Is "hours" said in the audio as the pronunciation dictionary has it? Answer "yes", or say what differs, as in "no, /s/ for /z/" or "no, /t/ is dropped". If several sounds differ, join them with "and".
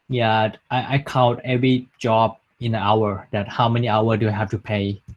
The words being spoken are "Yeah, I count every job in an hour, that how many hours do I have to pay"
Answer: no, /z/ is dropped